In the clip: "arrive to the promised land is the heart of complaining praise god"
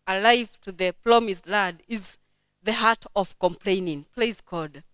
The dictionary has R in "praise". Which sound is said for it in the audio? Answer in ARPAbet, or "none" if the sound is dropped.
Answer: L